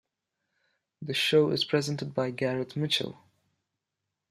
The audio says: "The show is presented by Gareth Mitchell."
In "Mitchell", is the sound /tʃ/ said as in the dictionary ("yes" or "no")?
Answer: yes